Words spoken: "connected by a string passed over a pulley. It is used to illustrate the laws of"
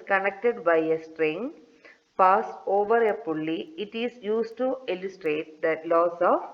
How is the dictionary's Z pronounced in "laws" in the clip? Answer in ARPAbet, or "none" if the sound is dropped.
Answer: S